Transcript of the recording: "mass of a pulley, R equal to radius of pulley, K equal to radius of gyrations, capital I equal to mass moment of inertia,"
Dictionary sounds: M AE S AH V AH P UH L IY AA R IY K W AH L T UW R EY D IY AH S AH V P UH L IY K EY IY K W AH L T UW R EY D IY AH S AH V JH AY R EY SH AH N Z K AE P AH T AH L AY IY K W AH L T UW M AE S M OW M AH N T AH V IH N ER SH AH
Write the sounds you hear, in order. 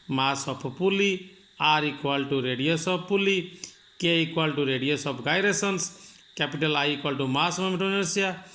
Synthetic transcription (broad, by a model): M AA S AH P AH P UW L IY AA R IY K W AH L T UW R EY D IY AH S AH P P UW L IY K EY IY K W AH L T UW R EY D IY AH S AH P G AY R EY S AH N S K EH P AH T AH L AY IY K W AH L T UW M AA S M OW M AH T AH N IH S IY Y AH